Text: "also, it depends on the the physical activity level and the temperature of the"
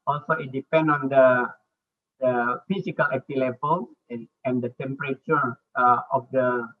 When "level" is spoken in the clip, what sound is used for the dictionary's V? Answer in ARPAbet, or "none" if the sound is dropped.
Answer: none